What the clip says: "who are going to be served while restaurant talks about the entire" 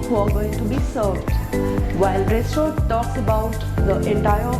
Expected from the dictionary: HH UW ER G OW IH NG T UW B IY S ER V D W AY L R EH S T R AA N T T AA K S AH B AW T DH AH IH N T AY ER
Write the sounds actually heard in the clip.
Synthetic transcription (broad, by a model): HH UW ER G OW IH NG T UW B IY S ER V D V AY L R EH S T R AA T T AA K S AH B AW T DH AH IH N T AY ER